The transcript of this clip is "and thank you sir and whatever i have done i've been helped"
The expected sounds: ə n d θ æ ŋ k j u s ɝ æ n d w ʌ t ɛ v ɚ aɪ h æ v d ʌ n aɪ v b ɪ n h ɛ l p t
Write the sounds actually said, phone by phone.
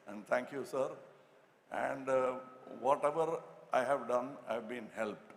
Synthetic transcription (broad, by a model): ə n d t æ ŋ k j u s ɝ æ n d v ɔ t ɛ v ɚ aɪ h æ v d ʌ n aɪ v b ɪ n h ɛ l p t